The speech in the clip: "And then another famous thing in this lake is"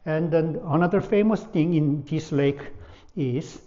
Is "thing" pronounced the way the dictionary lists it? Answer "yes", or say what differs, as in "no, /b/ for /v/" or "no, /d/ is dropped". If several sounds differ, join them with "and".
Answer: no, /t/ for /θ/